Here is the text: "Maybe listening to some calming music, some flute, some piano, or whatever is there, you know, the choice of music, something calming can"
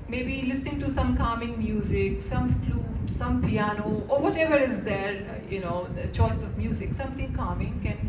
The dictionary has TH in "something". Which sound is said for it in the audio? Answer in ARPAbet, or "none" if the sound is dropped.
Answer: T